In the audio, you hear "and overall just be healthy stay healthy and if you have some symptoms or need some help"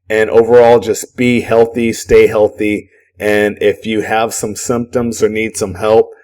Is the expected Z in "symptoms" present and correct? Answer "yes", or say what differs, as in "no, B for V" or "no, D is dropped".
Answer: yes